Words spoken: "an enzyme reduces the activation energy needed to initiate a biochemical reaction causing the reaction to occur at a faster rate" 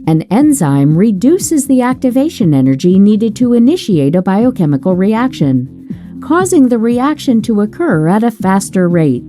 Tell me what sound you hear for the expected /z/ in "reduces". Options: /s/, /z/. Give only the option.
/z/